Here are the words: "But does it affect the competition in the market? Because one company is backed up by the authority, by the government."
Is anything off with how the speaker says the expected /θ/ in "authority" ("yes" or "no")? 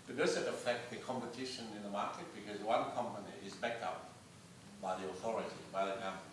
no